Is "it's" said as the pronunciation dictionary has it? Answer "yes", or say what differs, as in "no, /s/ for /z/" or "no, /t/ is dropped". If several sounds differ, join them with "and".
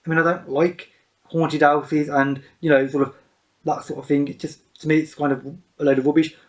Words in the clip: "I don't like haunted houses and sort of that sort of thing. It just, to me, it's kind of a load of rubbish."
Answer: yes